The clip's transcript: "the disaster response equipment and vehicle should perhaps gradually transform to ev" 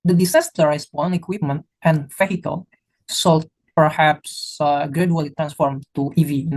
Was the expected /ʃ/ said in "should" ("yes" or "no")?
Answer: no